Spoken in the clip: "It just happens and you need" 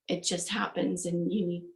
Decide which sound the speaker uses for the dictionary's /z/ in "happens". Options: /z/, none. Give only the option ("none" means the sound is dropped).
/z/